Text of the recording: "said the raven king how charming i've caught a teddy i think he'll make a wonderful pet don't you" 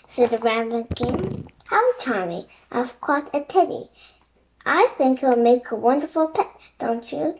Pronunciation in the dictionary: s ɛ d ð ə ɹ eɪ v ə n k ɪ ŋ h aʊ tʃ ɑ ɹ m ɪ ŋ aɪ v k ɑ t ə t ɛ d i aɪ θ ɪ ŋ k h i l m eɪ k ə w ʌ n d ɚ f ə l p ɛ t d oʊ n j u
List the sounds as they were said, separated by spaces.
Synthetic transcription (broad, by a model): s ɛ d ð ə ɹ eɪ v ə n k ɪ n h aʊ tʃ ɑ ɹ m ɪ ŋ aɪ v k ɑ t ə t ɛ d i aɪ θ ɪ ŋ k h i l m eɪ k ə w ʌ n d ɚ f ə l p ɛ t d oʊ n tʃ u